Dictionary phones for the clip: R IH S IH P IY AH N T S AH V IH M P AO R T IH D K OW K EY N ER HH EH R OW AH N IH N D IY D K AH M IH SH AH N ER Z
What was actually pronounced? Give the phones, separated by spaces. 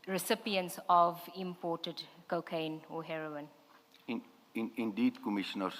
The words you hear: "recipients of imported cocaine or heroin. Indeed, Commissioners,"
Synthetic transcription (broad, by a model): R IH S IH P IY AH N T S AH V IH M P AO T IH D K OW K EY N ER HH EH R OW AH N IH N D IY D K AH M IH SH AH N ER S